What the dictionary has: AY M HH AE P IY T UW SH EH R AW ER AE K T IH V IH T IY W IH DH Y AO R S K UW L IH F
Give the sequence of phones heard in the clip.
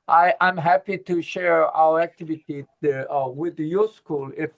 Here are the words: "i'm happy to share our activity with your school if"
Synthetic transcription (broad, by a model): AY M HH AE P IY T UW SH EH R AW ER AE K T IH V IH T IY W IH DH Y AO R S K UW L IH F